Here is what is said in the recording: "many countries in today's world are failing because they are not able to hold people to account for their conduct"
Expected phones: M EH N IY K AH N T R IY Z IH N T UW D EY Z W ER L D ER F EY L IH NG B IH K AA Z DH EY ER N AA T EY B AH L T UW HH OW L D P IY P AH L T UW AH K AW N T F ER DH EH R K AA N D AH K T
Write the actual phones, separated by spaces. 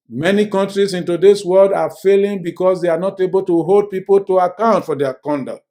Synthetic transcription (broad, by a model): M EH N IY K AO N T R IY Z IH N T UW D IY S W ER L D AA F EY L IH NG B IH K AA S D EY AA N AA T EY B AH L T UW HH OW L D P IY P AH L T UW AH K AW N T F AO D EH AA K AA N D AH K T